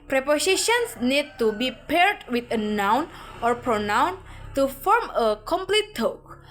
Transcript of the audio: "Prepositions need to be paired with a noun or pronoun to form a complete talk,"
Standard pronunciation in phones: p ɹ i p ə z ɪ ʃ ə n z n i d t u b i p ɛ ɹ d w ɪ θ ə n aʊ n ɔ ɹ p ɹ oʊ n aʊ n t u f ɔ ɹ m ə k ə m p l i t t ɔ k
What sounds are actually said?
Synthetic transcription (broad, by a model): p ɹ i p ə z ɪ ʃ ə n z n i d t u b i p ɛ ɹ d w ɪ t ə n aʊ n ɔ ɹ p ɹ oʊ n aʊ n t u f ɔ ɹ m ə k ə m p l i t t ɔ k